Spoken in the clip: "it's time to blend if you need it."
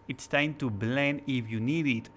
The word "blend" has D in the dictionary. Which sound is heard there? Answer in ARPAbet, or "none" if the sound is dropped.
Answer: none